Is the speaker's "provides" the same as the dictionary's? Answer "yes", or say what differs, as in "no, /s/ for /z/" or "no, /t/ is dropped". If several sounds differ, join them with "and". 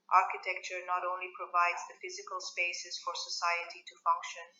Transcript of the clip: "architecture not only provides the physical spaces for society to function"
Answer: yes